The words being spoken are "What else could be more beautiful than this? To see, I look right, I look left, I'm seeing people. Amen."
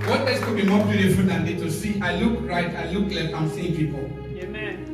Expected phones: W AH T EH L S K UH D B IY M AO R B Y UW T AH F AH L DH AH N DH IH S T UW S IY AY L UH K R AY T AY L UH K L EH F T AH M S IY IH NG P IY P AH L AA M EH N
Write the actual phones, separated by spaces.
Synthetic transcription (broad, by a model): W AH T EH S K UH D B IY M AO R B Y UW T AH F AH L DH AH N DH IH T UW S IY AY L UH K R AY T AY L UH K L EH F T AH M S IY IH NG P IY P AH L